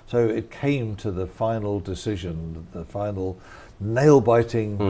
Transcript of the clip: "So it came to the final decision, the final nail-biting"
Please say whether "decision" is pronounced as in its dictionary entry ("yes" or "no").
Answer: yes